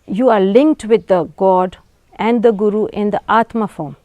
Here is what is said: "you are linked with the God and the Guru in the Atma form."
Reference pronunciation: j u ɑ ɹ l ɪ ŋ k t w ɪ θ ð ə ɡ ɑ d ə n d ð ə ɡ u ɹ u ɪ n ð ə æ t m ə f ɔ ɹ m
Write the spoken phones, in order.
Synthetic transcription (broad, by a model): j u ɑ ɹ l ɪ ŋ k t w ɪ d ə ɡ ɑ d ə n d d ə ɡ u ɹ u ɪ n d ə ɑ t m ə f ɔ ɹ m